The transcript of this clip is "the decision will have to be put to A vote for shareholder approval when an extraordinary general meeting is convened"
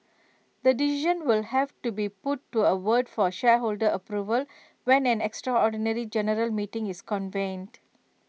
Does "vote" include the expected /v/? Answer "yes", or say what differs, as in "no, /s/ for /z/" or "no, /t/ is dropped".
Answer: no, /w/ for /v/